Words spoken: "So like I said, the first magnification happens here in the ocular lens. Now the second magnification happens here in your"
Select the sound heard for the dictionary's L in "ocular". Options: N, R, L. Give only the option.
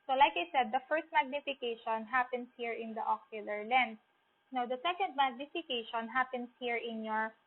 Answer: L